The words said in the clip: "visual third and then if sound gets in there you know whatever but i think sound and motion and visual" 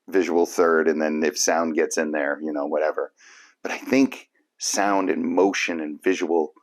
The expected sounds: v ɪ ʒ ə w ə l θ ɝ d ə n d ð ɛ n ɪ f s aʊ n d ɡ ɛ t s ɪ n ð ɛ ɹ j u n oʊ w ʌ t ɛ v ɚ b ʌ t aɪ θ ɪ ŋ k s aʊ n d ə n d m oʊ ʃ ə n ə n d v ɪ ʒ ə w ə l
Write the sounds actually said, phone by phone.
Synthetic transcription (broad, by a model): v ɪ ʒ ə w l θ ɝ d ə n ð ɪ n ɪ f s aʊ n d ɡ ɛ t s ɪ n ð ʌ ɹ j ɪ n oʊ w ʌ t ɛ v ɚ b ʌ t aɪ θ ɪ ŋ k s aʊ n d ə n m oʊ ʃ ə n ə n v ɪ ʒ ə w l